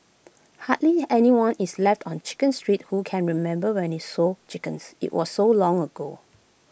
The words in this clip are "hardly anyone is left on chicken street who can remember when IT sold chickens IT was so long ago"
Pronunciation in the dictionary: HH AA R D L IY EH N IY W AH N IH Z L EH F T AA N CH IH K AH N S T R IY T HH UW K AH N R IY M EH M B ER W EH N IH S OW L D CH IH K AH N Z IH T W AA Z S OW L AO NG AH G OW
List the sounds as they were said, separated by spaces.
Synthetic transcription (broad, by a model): HH AA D L IY EH N IY W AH N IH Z L EH F T AA N CH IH K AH N S T R IY T HH UW K AH N R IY M EH M B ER W EH N IH S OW CH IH K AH N S IH T W AA S OW L AO NG AH G OW